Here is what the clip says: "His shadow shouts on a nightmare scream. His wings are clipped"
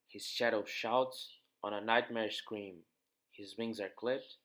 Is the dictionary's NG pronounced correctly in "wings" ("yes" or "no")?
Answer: yes